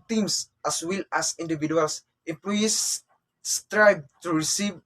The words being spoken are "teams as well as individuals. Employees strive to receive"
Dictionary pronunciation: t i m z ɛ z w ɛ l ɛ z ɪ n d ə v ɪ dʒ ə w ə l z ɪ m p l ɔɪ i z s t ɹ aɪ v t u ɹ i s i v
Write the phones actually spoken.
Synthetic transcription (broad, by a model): t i m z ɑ s w ɛ l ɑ s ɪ n d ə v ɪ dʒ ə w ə l s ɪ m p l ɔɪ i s t ɹ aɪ b t u ɹ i s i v